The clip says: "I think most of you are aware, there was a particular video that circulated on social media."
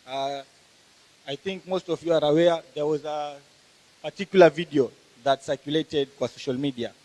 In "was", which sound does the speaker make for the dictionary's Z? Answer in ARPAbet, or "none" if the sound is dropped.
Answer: Z